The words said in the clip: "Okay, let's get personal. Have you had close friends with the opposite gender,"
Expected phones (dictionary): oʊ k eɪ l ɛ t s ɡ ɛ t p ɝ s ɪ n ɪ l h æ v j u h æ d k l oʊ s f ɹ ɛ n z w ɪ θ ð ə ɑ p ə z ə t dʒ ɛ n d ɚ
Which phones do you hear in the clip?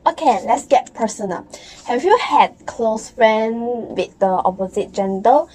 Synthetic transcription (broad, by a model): oʊ k eɪ l ɛ t s ɡ ɛ t p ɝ s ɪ n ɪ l h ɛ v j u h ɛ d k l oʊ s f ɹ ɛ n w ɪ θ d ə ɑ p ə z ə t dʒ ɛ n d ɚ